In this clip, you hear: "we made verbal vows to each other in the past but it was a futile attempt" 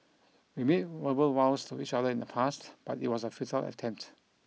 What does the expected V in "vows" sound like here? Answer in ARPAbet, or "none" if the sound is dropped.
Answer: W